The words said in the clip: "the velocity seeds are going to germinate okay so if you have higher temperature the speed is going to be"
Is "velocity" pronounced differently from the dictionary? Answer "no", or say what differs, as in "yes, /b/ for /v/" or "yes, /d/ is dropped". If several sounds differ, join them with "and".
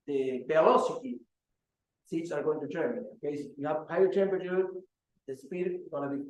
yes, /b/ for /v/